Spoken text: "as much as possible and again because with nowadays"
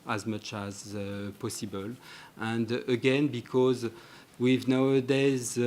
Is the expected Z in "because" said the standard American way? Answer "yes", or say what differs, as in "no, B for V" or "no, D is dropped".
yes